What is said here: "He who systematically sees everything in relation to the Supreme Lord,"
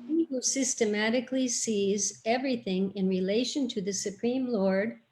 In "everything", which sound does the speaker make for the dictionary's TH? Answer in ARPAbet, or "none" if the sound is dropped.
TH